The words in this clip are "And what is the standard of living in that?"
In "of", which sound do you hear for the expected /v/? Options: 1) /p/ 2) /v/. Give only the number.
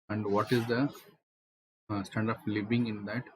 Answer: 1